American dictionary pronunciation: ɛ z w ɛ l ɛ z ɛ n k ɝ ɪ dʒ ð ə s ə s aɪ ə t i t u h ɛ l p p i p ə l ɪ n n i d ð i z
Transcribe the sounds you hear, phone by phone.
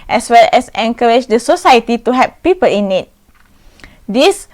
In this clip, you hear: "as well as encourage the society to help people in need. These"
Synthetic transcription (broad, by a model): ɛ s w ɛ l ɛ s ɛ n k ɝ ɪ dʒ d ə s ə s aɪ ə t i t u h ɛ p p i p ə l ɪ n n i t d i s